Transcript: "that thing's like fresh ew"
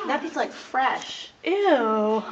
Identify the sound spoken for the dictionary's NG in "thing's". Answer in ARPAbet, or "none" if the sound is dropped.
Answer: none